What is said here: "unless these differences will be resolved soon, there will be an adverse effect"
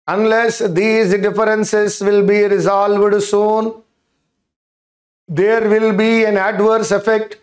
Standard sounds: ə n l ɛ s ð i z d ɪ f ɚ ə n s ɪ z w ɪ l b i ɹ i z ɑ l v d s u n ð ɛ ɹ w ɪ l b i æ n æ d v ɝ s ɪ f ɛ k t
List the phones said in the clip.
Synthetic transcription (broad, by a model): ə n l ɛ s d i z d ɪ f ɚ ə n s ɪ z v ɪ l b i ɹ i z ɑ l v d s u n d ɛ ɹ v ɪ l b i æ n æ d v ɝ s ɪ f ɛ k t